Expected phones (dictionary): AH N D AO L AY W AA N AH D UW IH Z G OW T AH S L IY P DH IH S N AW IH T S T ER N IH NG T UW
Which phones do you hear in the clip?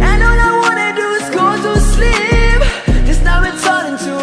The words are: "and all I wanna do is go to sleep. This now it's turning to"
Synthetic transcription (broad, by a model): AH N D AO N AY W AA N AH D UW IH S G OW T AH S L IY P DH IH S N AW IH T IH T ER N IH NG T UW